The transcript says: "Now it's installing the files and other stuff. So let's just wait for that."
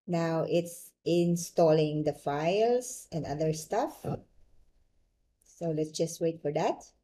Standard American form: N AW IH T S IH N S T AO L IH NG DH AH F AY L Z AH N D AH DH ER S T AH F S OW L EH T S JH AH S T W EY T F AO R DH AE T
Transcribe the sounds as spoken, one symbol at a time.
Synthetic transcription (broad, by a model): N AW IH T S IH N S T AO L IH NG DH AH F AY L S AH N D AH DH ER S T AH F S OW L EH T S JH AH S T W EY T F AO R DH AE T